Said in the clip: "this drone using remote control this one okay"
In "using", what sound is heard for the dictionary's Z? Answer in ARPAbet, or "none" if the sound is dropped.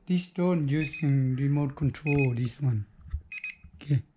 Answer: S